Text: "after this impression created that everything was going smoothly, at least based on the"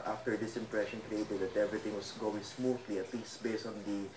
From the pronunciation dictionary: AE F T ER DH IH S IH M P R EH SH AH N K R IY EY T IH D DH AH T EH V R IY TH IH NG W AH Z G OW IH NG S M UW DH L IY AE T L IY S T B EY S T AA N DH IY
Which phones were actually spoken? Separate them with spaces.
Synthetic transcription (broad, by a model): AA F T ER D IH S IH M P R EH SH AH N K R IY EY T IH D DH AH T EH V R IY T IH NG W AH S G OW IH NG S M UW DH L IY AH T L IY S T B EY S T AA N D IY